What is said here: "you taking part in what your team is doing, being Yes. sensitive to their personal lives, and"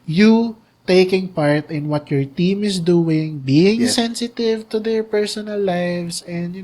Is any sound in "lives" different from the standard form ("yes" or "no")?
yes